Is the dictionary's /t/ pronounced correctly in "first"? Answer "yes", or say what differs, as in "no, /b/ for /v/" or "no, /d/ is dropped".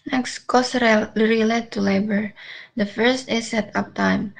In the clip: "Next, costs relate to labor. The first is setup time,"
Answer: yes